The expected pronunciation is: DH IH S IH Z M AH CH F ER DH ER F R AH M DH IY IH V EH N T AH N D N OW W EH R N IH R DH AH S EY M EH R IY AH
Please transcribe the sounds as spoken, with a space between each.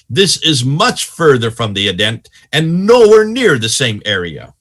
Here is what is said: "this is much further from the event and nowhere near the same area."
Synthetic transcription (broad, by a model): DH IH S IH Z M AH CH F ER DH ER F R AH M DH IY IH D EH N T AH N N OW W EH R N IH R DH AH S EY M EH R IY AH